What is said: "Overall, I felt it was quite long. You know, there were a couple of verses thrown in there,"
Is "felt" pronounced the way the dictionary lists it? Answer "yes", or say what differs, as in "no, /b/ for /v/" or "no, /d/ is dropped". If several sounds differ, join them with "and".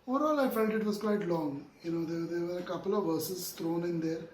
no, /n/ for /l/